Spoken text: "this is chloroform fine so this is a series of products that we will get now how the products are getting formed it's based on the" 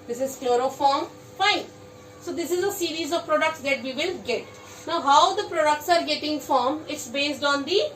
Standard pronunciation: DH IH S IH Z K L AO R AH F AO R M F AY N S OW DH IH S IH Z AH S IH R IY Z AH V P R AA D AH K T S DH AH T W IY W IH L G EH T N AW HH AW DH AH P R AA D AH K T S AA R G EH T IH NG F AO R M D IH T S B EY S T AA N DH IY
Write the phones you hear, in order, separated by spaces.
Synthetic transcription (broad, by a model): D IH S IH Z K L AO R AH F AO R M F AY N S OW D IH S IH Z AH S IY R IY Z AH V P R AA D AH K T S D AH T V IY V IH L G EH T N AW HH AW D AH P R AA D AH K T S AA R G EH T IH NG F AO R M IH T S B EY S T AA N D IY